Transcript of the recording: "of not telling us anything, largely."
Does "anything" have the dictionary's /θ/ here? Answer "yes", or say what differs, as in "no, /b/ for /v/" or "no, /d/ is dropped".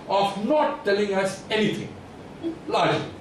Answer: no, /t/ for /θ/